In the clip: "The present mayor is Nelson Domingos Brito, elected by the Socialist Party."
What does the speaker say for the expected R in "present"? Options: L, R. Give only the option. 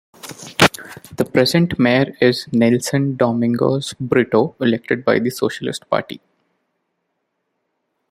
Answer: R